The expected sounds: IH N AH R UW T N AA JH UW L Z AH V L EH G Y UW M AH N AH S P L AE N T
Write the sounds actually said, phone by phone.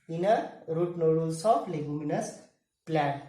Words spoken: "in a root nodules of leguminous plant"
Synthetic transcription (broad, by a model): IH N AH R UW T N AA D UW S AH P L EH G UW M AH N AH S P L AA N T